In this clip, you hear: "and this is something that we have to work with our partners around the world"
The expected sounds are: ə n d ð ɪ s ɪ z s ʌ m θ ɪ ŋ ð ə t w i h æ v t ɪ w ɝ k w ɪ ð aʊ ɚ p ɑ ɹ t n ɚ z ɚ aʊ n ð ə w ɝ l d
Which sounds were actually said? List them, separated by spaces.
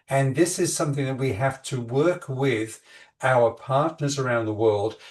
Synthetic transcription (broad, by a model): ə n ð ɪ s ɪ z s ʌ m θ ɪ ŋ ð ə t w i h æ f t ɪ w ɝ k w ɪ ð aʊ ɚ p ɑ ɹ t n ɚ z ɚ aʊ n ð ə w ɝ l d